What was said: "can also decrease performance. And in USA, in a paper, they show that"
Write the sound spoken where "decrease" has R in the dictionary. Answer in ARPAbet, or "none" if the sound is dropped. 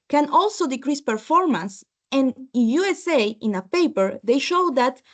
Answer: R